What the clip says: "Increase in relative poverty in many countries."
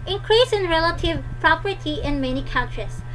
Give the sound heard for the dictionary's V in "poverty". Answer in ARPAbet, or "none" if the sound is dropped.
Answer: P